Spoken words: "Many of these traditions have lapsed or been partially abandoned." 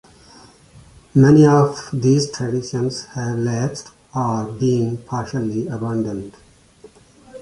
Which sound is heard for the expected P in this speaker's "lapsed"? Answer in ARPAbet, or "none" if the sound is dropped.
none